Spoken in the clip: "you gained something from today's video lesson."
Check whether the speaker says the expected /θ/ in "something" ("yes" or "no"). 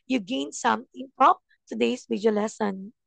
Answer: no